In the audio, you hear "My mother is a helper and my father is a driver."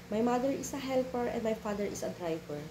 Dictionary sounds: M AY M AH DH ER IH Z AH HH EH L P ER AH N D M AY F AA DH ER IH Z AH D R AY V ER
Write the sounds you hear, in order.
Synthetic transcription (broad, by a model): M AY M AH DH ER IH S AH HH EH L P ER AH N D M AY F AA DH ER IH S AH D R AY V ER